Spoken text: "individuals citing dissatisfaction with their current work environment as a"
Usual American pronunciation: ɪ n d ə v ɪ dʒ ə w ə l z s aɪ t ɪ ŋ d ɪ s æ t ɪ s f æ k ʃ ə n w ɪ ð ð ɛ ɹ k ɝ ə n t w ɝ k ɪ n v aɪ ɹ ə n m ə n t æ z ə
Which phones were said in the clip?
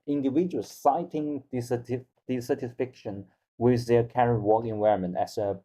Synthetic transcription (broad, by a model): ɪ n d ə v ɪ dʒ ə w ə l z s aɪ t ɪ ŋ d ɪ s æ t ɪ s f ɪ k ʃ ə n w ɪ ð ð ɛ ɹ k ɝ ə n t w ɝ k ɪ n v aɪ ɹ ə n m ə n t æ s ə